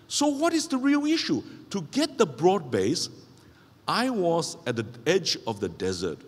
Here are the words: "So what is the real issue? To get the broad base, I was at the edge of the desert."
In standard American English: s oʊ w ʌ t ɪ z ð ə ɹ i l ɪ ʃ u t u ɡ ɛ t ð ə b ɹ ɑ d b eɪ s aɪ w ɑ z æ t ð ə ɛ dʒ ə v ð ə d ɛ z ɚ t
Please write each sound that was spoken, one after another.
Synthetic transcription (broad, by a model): s oʊ w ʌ t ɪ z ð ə ɹ i l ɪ ʃ u t u ɡ ɛ t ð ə b ɹ ɑ d b eɪ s aɪ w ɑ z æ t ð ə ɛ dʒ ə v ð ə d ɛ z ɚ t